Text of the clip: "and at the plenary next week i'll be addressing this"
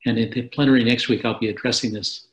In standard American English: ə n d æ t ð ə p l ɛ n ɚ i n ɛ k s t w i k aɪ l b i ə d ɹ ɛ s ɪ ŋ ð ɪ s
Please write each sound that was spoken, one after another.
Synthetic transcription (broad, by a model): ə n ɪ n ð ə p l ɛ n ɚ i n ɛ k s t w i k aɪ l b i ə d ɹ ɛ s ɪ ŋ ð ɪ s